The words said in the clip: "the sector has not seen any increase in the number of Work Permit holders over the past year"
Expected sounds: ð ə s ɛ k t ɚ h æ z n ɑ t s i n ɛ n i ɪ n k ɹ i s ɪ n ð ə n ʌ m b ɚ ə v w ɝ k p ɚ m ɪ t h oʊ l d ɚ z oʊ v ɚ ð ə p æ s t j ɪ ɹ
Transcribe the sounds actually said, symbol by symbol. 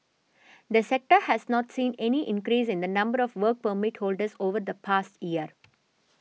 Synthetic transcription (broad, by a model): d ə s ɛ k t ɚ h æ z n ɑ t s i n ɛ n i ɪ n k ɹ i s ɪ n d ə n ʌ m b ɚ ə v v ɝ k p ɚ m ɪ t h oʊ l d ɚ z oʊ v ɚ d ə p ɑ s t j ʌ ɹ